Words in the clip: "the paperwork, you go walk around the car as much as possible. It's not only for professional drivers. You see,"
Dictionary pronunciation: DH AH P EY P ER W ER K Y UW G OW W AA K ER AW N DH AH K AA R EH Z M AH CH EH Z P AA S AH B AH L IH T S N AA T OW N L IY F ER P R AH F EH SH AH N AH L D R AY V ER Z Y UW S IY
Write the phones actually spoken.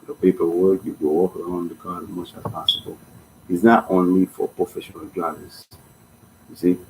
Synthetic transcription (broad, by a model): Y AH P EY P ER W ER Y UW G OW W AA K ER AW N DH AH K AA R M AH CH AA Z P AA S AH B AH L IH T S N AA T OW N L IY F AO P R AH F EH SH AH N AH L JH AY ER S Y UW S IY